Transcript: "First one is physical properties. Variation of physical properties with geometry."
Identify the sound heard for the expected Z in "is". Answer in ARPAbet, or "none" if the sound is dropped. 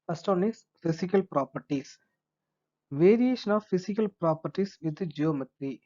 S